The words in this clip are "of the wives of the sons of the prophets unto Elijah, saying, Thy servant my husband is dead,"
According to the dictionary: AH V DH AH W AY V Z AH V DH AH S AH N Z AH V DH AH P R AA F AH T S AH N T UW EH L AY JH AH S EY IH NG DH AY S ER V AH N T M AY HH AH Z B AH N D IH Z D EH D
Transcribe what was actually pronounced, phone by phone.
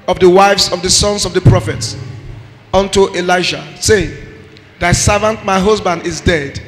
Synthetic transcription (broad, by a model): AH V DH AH W AY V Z AH V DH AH S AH N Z AH V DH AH P R AA F AH T S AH N T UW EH L AY SH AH S EY IH NG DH AY S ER V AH N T M AY HH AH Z B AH N D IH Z D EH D